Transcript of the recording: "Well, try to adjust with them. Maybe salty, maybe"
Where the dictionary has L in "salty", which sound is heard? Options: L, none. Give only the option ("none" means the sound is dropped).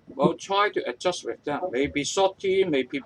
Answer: none